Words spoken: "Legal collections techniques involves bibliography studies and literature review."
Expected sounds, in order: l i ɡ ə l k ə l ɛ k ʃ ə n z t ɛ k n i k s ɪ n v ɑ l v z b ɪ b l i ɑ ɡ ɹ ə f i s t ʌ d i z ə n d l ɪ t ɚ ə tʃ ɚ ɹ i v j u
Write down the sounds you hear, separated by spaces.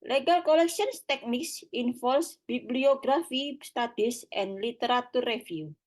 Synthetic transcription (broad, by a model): l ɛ ɡ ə l k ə l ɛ k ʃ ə n s t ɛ k n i k s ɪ n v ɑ l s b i b l i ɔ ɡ ɹ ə f i s t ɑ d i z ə n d l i t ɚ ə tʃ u ɹ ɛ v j u